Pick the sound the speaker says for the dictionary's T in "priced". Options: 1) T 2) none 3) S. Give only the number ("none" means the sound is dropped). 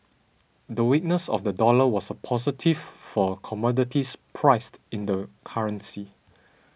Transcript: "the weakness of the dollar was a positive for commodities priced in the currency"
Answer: 1